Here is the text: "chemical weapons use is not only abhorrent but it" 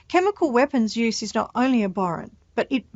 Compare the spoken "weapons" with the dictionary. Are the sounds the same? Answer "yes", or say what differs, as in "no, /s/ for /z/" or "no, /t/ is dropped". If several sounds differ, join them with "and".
yes